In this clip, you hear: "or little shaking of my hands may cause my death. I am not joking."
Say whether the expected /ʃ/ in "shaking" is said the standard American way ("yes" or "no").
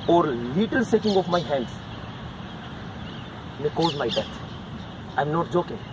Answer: no